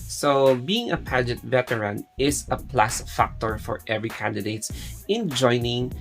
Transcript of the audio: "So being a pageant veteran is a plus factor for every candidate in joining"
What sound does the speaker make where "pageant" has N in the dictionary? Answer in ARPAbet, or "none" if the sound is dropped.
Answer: none